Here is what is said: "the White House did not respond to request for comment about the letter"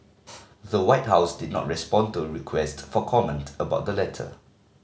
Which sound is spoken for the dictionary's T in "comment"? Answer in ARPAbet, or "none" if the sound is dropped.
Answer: T